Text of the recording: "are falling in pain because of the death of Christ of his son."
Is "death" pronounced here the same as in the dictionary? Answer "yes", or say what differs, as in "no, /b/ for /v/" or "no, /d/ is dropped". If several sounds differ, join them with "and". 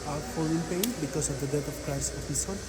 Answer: no, /t/ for /θ/